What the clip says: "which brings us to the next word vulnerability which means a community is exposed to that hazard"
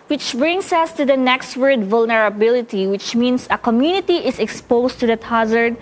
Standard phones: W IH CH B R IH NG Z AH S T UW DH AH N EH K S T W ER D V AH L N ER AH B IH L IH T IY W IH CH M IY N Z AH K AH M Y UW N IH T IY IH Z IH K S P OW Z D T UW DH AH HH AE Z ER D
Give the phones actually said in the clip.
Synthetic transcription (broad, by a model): W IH CH B R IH NG S AH S T UW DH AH N EH K S T W ER D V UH L N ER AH B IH L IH T IY W IH CH M IY N S AH K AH M Y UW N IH T IY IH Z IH K S P OW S T UW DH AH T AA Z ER D